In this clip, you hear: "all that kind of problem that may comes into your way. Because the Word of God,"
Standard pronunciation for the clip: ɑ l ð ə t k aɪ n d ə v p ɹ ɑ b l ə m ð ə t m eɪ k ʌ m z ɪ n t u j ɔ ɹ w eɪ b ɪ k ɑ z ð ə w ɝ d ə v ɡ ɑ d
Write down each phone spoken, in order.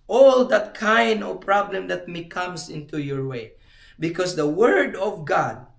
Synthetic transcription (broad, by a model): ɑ l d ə t k aɪ n d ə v p ɹ ɑ b l ə m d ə t m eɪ k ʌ m s ɪ n t u j ɔ ɹ w eɪ b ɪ k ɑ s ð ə w ɝ d ə v ɡ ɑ d